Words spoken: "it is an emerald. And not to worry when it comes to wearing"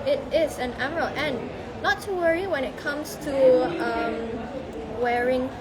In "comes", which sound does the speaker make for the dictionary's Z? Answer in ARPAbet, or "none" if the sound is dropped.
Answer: S